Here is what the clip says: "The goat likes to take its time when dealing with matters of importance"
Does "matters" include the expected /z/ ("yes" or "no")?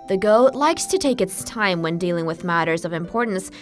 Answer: yes